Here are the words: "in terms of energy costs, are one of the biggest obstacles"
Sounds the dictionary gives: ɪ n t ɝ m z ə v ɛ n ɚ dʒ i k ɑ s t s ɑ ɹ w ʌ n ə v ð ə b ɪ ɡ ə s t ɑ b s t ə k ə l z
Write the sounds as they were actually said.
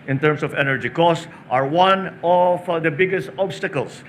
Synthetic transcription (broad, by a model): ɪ n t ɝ m s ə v ɛ n ɚ dʒ i k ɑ s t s ɑ ɹ w ʌ n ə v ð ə b ɪ ɡ ə s t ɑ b s t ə k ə l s